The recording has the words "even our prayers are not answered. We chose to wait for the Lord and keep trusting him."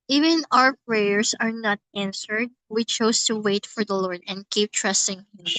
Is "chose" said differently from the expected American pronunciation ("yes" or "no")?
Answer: yes